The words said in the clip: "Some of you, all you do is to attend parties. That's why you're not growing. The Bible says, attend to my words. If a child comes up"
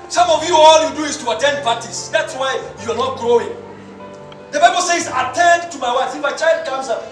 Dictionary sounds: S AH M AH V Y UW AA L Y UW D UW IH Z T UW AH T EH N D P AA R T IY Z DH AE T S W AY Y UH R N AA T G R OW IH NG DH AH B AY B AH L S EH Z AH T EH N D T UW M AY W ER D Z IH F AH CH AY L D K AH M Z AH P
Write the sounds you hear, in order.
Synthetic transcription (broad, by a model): S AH M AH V Y UW AA L Y UW D UW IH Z T UW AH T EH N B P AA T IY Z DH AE T S W AY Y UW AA N AA T G R OW IH NG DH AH B AY B AH L S EH Z AH T EH N D T UW M AY W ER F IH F AH CH AY L D K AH M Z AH